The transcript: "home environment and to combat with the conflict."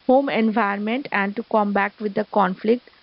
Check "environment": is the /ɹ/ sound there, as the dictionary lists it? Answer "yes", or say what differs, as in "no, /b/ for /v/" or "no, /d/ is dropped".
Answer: no, /ɹ/ is dropped